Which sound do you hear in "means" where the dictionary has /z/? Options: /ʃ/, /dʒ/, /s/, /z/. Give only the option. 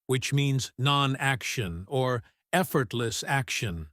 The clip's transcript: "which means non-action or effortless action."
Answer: /z/